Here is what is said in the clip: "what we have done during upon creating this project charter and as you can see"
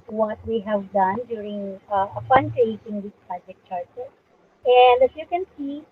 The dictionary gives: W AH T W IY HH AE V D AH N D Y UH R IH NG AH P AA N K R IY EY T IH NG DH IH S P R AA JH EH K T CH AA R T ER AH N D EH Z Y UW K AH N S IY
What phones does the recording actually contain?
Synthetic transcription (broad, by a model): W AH T W IY HH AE V D AH N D Y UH R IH NG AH F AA N K R IY EY T IH NG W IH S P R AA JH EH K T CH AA R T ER AH N D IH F Y UW K AH N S IY